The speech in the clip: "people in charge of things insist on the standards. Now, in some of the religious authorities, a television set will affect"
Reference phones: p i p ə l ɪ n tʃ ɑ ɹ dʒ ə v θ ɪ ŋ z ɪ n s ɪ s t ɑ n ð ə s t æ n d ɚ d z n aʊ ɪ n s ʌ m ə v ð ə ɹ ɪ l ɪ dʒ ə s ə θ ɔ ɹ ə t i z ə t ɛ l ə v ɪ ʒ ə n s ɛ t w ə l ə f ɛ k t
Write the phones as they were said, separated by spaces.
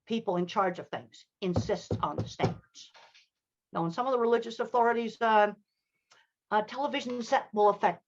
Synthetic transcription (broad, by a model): p i p l ɪ n tʃ ɑ ɹ dʒ ə v θ ɪ ŋ z ɪ n s ɪ s t n ð ə s t æ n d ɚ d z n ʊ ɪ n s ʌ m ə v ð ə ɹ ɪ l ɪ dʒ ə s ə θ ɔ ɹ ə t i z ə t ɛ l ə v ɪ ʒ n s ɛ t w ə l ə f ɛ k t